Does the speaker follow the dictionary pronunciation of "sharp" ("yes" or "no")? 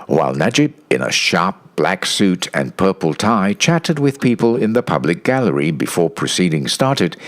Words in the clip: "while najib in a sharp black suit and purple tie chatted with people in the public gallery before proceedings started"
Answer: yes